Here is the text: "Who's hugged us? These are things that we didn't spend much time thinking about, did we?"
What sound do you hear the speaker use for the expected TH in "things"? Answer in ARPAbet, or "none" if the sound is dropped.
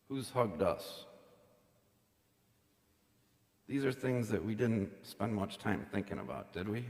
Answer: TH